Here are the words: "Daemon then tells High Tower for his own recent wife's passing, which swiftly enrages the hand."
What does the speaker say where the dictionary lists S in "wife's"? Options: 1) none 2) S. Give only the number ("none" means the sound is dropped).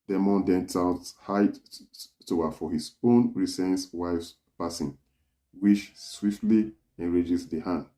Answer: 2